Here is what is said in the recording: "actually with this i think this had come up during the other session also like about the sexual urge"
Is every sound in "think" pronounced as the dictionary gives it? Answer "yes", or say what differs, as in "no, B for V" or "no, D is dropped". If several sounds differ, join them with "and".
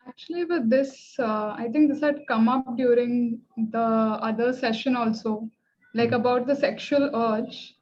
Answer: no, T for TH